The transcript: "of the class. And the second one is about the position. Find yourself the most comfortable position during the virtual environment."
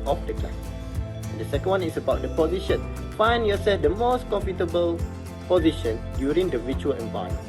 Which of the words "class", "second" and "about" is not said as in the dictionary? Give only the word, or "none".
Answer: class